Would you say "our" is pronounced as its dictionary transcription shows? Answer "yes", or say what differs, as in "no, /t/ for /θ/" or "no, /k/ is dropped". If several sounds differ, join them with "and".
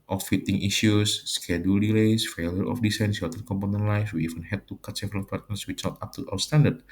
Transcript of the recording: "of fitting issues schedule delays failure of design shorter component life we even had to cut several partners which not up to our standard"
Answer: no, /w/ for /ɹ/